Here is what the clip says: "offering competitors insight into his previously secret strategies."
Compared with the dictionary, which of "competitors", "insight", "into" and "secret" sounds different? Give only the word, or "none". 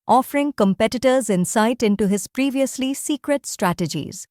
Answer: none